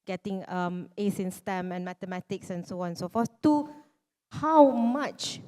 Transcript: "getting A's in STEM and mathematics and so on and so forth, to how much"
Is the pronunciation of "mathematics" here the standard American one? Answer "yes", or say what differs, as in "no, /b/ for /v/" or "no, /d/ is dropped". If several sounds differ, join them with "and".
no, /t/ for /θ/